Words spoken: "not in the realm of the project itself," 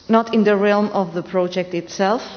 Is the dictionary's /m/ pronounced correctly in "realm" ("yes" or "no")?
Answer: yes